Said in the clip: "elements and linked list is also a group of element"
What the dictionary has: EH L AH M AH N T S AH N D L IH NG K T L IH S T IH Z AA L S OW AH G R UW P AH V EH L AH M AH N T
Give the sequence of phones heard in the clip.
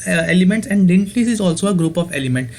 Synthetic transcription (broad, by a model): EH L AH M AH N T S AH N D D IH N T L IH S IH Z AA L S OW AH G R UW P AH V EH L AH M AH N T